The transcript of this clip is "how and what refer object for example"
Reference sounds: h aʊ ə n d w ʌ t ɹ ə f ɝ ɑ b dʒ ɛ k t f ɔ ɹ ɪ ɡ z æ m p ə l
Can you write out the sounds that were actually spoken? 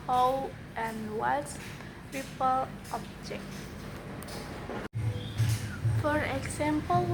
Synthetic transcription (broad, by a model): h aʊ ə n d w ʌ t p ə p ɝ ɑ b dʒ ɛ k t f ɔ ɹ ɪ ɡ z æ m p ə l